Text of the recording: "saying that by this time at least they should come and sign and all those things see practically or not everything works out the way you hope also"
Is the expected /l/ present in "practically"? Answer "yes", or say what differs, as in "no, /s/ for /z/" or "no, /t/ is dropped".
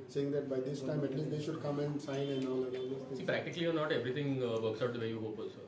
yes